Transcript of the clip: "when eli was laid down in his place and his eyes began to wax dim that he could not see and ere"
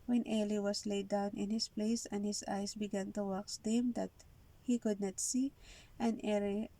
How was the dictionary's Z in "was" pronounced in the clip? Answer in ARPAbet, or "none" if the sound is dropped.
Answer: S